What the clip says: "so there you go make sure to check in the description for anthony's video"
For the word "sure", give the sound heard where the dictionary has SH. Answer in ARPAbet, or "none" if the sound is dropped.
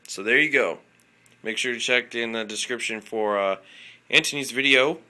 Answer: SH